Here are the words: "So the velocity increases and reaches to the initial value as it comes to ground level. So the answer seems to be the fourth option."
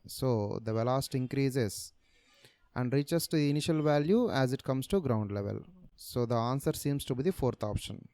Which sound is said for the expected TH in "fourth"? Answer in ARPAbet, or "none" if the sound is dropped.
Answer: T